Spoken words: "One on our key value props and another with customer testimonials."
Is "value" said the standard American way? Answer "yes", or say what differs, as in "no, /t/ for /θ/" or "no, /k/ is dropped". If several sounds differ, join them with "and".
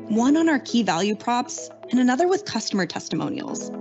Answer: yes